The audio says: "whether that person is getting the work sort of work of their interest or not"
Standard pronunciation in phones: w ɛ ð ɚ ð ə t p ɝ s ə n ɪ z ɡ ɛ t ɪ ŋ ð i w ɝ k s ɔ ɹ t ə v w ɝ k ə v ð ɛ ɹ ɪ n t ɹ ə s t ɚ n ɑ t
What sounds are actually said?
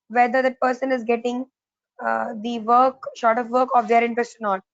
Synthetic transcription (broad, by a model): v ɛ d ɚ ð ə t p ɝ s ə n ɪ z ɡ ɛ t ɪ ŋ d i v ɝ k ʃ ɔ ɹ t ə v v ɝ k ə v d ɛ ɹ ɪ n t ɹ ə s t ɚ n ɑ t